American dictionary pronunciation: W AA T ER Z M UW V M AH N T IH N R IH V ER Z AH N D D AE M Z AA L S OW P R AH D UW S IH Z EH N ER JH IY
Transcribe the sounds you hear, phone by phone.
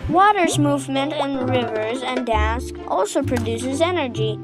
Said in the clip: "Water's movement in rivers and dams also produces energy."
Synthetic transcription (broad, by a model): W AA T ER Z M UW V M AH N T IH N R IH V ER Z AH N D D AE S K AA L S OW P R AH D UW S IH Z EH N ER JH IY